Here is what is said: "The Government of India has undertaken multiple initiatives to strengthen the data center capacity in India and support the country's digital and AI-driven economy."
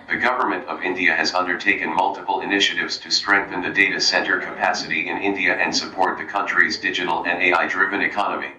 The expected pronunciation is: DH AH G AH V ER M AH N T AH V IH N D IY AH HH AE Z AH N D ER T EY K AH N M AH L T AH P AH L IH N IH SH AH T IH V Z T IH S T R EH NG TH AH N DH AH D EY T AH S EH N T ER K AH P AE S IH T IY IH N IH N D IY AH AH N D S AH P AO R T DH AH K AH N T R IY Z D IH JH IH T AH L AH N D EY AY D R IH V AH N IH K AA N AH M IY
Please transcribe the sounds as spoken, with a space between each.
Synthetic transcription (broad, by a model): DH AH G AH V ER M AH N T AH V IH N D IY AH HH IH Z AH N D ER T EY K AH N M AH L T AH P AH L IH N IH SH AH T IH V Z T IH S T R EH NG TH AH N DH AH D EY T AH S EH N T ER K AH P AE S IH T IY IH N IH N D IY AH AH N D S AH P AO R T DH AH K AH N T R IY Z D IH JH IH T L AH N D EY AY D R IH V AH N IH K AA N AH M IY